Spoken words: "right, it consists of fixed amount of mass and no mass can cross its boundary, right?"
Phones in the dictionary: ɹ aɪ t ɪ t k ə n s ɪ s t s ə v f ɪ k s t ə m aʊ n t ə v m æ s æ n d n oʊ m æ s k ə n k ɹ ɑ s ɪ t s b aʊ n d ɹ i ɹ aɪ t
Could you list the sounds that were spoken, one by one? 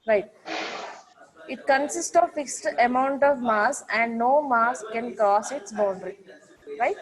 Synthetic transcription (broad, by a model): ɹ aɪ t ɪ t k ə n s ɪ s t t ə v f ɪ k s t ə m aʊ n t ə v m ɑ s æ n d n oʊ m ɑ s k ə n k ɑ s ɪ t s b aʊ n d ɹ i ɹ aɪ t